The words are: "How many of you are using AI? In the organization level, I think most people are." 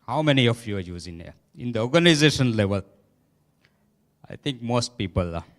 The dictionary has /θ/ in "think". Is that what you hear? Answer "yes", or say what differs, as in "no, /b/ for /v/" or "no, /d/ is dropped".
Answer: no, /t/ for /θ/